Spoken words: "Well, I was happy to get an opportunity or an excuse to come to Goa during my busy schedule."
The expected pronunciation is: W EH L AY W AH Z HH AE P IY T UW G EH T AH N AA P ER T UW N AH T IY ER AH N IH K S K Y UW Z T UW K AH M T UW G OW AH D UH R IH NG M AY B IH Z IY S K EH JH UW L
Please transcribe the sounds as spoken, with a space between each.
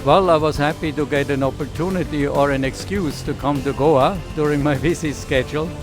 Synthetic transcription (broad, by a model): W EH L AY W AH Z HH AE P IY T UW G EH T AH N AA P ER T UW N AH T IY ER AH N IH K S K Y UW Z T UW K AH M T UW G OW AH D UH R IH NG M AY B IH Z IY S K EH JH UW L